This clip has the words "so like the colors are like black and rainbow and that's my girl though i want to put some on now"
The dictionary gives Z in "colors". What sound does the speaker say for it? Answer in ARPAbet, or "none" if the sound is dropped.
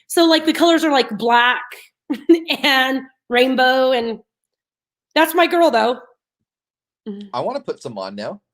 Z